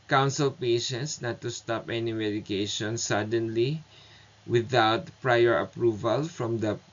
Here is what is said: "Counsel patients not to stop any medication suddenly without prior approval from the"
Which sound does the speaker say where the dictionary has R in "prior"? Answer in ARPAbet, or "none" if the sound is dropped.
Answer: R